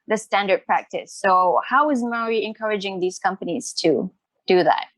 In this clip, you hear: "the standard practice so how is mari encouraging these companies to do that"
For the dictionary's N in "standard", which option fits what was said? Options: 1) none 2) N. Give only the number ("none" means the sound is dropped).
2